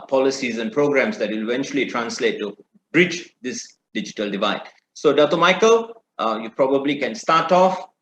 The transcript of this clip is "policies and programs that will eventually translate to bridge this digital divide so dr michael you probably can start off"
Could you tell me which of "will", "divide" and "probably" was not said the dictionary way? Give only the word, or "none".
none